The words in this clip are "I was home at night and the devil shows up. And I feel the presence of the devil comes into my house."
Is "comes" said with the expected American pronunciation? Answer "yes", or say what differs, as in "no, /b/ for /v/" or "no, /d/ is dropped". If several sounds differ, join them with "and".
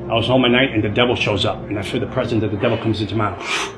yes